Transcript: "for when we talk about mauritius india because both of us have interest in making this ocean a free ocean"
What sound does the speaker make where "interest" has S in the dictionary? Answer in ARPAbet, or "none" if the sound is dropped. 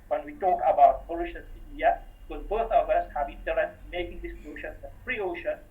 none